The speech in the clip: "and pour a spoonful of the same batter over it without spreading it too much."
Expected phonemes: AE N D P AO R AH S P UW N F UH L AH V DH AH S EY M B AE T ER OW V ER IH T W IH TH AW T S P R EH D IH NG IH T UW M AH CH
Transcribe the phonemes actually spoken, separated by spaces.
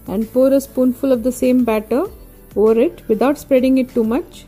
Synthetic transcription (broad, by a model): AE N D P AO R AH S P UW N F UH L AH V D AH S EY M B AE T ER OW V ER IH T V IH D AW T S P R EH D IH NG IH T UW M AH CH